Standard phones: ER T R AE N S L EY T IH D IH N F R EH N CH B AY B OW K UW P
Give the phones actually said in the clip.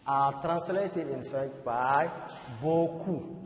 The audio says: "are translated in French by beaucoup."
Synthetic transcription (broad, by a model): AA T R AE N S L EY T IH D IH N F EH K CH B AY B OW K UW